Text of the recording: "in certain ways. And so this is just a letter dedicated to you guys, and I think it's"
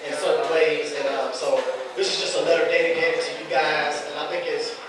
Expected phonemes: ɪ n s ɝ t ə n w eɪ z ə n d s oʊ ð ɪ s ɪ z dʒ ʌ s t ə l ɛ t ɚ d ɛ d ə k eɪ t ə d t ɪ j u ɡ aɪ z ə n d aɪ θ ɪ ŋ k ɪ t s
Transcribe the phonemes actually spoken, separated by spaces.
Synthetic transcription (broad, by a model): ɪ n s ɝ t n w eɪ z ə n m s oʊ ð ɪ s ɪ z dʒ ʌ s t ə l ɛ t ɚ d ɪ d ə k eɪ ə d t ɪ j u ɡ aɪ z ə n aɪ θ ɪ ŋ k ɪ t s